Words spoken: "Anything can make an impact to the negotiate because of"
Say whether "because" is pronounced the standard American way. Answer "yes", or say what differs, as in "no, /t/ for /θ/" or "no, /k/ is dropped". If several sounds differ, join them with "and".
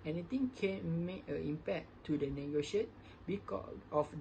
no, /z/ is dropped